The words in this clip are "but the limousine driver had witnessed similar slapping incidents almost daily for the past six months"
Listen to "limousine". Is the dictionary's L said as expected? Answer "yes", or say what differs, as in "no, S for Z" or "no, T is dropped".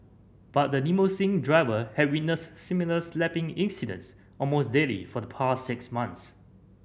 no, N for L